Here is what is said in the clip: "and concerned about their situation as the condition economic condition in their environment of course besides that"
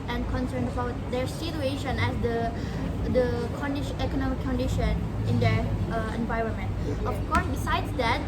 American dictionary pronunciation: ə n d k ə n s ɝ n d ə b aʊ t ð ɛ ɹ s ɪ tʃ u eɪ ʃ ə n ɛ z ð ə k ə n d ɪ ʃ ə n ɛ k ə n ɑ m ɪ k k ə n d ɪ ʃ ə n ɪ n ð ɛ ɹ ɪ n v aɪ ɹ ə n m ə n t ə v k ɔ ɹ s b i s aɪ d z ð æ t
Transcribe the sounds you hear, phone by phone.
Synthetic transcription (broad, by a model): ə n k ə n s ɝ n d ə b aʊ t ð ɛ ɹ s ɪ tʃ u eɪ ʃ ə n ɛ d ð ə k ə n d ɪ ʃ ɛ k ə n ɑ m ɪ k k ə n d ɪ ʃ ə n ɪ n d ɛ ɹ ɪ n v aɪ ɹ ə n m ə n t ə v k ɔ ɹ s b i s aɪ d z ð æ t